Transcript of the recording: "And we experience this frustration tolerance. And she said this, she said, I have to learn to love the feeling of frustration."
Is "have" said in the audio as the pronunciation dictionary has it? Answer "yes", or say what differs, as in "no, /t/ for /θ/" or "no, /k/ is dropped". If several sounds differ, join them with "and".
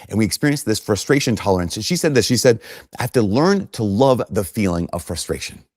no, /f/ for /v/